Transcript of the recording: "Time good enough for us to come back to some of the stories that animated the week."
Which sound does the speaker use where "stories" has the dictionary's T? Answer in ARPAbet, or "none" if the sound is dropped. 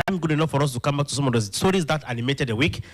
S